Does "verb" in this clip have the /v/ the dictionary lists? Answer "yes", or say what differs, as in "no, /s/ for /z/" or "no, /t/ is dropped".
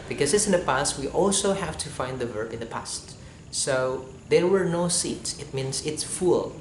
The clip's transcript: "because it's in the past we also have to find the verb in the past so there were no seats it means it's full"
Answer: yes